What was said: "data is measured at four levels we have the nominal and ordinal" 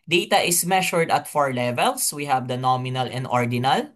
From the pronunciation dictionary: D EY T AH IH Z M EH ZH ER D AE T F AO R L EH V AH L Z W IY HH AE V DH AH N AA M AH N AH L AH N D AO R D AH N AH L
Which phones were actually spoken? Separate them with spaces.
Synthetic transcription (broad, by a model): D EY T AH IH S M EH SH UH D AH T F AO R L EH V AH L S W IY HH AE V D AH N AA M AH N AH L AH N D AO R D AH N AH L